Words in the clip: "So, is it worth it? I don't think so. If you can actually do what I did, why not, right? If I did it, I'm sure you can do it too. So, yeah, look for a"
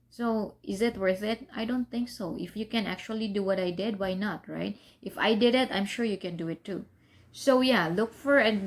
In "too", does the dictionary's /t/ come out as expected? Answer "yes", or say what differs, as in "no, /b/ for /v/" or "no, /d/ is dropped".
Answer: yes